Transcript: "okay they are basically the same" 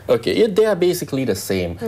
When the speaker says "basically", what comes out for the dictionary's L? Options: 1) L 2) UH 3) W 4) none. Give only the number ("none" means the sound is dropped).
1